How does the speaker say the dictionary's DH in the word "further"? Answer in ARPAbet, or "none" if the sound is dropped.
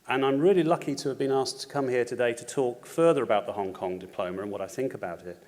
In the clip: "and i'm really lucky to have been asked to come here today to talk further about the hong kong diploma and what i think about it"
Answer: DH